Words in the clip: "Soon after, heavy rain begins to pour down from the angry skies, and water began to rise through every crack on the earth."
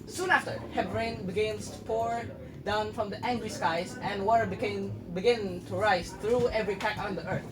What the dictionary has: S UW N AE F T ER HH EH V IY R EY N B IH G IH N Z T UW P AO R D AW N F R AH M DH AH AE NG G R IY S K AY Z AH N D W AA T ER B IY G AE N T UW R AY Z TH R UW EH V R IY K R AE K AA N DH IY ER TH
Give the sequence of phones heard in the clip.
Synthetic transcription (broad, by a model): S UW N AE F T ER HH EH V R EY N B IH G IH N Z T UW P AO R D AW N F R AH M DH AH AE NG G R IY S K AY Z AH N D W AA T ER B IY G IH N T UW R AY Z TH R UW EH V R IY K AE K AA N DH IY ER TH